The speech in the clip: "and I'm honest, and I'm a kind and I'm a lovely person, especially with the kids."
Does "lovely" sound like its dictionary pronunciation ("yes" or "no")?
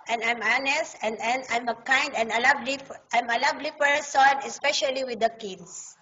no